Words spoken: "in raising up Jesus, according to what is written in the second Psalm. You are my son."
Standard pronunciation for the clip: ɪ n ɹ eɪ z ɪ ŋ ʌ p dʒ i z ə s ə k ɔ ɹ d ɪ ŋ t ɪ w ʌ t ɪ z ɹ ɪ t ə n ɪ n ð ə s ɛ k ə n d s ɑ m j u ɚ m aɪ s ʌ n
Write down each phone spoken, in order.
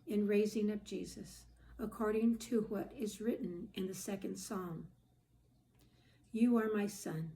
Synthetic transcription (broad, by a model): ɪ n ɹ eɪ z ɪ ŋ ʌ p dʒ i z ə s ə k ɔ ɹ d ɪ ŋ t ɪ w ʌ t ɪ z ɹ ɪ t n ɪ n ð ə s ɛ k ə n d s ɑ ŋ j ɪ ɚ m aɪ s ʌ n